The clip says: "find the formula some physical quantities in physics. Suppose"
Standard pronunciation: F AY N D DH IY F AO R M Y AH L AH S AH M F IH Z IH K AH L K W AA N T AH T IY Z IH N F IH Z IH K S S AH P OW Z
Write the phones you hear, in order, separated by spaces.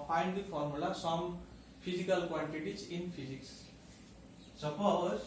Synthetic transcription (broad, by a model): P AY N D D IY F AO R M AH L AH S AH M P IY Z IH K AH L K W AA N T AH T IY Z IH N P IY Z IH K S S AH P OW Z